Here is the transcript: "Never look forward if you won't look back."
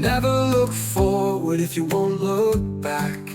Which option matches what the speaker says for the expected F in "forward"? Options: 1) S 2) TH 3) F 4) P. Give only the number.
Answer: 3